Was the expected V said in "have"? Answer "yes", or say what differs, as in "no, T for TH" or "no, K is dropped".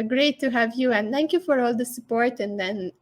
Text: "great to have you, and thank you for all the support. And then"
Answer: yes